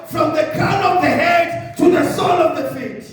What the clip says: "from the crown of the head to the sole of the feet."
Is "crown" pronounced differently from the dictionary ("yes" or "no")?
yes